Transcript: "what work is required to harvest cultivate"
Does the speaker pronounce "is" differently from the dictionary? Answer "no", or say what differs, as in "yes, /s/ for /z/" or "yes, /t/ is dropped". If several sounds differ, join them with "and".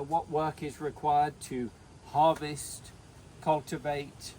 no